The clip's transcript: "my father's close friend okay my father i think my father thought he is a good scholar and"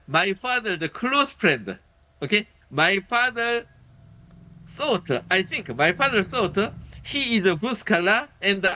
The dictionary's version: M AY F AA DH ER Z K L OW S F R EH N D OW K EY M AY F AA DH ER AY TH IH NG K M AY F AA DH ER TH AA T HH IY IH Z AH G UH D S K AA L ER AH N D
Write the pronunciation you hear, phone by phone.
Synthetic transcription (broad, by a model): M AY F AA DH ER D K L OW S F R EH N D OW K EY M AY F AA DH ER AY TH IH NG K M AY F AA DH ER S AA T HH IY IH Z AH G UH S K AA L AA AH N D